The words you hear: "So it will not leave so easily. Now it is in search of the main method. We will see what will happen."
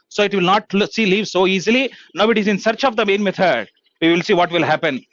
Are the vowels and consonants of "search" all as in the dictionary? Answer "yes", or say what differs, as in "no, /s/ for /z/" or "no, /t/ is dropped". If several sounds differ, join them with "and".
yes